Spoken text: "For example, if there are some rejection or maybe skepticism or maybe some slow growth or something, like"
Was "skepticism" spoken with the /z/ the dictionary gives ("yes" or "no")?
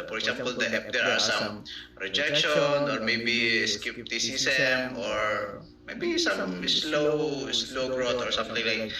no